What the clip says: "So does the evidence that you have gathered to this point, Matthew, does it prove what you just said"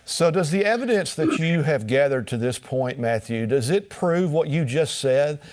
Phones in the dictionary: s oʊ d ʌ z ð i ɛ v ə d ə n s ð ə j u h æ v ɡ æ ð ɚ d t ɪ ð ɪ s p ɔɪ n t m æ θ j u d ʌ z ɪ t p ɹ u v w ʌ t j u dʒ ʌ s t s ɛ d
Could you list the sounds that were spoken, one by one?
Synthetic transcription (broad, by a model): s oʊ d ʌ z ð i ɛ v ə d ə n s ð ə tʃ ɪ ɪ v ɡ æ ð ɚ d t ɪ ð ɪ s p ɔɪ n m æ θ j u d ʌ z ɪ t p ɹ u v w ʌ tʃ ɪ dʒ ʌ s t s ɛ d